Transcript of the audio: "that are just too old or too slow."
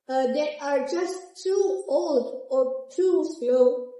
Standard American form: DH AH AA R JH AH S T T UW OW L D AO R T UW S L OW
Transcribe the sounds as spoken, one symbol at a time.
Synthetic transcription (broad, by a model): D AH AA R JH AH S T T UW OW L D AO R T UW S L OW